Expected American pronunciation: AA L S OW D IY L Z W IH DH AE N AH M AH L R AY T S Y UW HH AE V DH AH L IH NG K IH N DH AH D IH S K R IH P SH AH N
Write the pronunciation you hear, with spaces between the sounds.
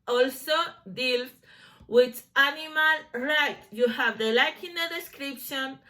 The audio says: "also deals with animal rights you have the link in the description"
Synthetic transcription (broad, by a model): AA L S OW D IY L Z W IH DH AE N AH M AH L R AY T Y UW HH AE V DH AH L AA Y K IH N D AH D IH S K R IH P SH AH N